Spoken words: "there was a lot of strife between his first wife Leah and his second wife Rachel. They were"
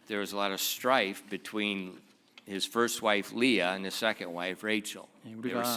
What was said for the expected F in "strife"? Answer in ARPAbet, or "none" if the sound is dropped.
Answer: F